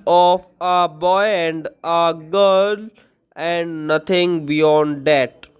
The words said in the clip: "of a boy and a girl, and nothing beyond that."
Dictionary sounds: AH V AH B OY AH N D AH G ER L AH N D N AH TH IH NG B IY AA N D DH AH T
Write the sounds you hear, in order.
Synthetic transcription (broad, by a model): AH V AH B OY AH N D AH G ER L AH N D N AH T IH NG B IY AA N D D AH T